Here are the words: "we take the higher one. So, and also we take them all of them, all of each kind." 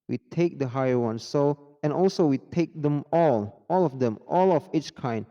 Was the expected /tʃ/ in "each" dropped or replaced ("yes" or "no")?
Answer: no